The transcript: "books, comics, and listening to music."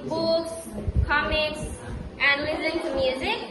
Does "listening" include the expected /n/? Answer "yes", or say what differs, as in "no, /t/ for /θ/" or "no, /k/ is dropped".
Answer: no, /n/ is dropped